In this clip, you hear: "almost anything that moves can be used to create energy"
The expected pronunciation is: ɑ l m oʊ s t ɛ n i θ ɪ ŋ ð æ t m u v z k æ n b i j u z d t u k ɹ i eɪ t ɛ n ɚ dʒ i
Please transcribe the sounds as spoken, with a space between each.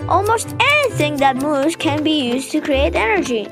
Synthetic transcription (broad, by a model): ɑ l m oʊ s t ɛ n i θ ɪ ŋ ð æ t m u z k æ n b i j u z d t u k ɹ i eɪ t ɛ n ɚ dʒ i